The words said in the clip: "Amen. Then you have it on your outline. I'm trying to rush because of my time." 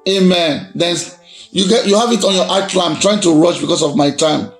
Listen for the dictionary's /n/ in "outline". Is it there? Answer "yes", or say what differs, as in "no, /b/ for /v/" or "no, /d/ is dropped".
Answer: no, /n/ is dropped